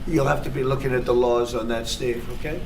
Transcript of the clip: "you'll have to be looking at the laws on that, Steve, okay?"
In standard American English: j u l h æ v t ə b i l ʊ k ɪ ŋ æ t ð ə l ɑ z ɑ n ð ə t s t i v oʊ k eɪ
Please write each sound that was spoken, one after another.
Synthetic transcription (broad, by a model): j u l h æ f t ə b i l ʊ k ɪ ŋ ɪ t ð ə l ɑ z n ð ə t s t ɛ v oʊ k eɪ